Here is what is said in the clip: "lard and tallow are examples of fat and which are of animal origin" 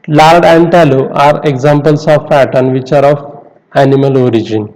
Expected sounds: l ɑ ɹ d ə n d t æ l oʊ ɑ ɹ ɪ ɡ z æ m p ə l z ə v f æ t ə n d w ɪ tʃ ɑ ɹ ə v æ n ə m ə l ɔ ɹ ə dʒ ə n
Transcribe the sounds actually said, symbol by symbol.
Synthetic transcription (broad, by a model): l ɑ ɹ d ə n d t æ l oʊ ɑ ɹ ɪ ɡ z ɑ m p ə l s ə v p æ t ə n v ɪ tʃ ɑ ɹ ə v æ n ə m ə l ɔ ɹ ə dʒ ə n